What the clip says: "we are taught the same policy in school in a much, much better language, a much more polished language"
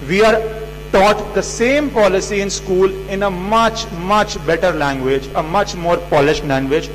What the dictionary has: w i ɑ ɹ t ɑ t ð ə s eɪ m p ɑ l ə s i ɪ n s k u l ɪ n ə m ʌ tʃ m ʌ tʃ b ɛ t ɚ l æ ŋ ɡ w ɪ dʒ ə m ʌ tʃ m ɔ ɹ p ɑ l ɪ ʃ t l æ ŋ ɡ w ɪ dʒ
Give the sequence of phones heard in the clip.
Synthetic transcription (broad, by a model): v i ɑ ɹ t ɑ t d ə s eɪ m p ɑ l ə s i ɪ n s k u l ɪ n ə m ʌ tʃ m ʌ tʃ b ɛ t ɚ l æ ŋ ɡ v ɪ dʒ ə m ʌ tʃ m ɔ ɹ p ɑ l ɪ ʃ t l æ ŋ ɡ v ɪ dʒ